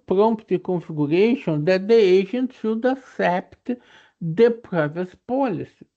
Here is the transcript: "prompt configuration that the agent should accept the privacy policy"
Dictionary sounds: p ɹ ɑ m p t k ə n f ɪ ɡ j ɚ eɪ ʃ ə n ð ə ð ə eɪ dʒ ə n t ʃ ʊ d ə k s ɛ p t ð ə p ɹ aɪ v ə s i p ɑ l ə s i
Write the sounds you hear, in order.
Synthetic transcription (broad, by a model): p ɹ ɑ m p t k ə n f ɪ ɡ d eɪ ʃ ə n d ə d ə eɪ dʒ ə n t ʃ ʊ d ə s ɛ p t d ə p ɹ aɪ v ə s p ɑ l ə s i